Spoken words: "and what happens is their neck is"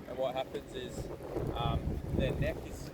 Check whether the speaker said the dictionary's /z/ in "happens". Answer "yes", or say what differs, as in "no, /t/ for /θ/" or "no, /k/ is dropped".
yes